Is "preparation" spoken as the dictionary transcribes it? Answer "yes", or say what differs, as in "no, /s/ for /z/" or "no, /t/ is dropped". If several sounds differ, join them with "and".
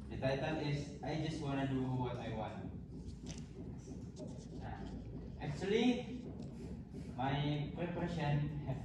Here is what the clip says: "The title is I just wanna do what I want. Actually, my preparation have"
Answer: no, /ɹ/ is dropped